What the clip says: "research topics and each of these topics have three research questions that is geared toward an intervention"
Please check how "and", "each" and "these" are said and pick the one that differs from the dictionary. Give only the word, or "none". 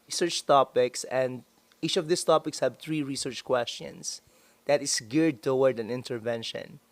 these